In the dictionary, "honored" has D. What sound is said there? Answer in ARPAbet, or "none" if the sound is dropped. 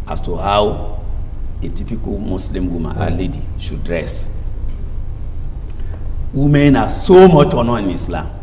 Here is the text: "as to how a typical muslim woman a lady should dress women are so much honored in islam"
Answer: none